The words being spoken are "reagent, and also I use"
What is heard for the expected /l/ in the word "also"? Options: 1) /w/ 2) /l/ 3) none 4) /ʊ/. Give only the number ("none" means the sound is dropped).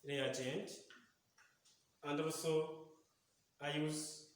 3